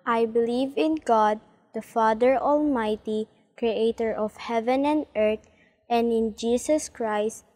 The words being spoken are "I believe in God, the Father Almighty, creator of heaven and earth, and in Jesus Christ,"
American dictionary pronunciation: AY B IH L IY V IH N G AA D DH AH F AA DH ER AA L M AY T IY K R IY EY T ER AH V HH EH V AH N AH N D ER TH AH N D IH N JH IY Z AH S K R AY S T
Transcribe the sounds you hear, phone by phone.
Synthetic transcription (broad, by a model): AY B IH L IY V IH N G AA D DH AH F AA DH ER AA L M AY T IY K R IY EY T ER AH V HH EH V AH N AH N D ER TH AH N D IH N JH IY S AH S K R AY S T